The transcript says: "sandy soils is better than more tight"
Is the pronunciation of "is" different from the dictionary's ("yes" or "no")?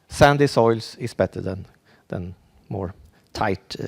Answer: yes